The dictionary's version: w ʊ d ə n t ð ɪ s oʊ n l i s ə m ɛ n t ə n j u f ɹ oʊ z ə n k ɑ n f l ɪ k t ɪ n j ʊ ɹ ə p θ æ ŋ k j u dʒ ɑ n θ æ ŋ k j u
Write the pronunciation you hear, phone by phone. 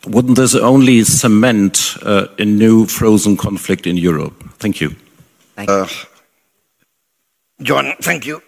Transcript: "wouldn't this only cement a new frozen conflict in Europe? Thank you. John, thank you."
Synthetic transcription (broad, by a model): w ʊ d n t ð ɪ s oʊ n l i s ə m ɛ n t ə n j u f ɹ oʊ z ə n k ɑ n f l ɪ k t ɪ n j ʊ ɹ ə p θ æ ŋ k j u dʒ ɑ n θ æ ŋ k j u